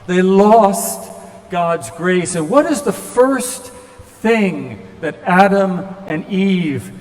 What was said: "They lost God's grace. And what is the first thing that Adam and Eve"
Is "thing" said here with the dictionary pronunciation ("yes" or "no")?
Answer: yes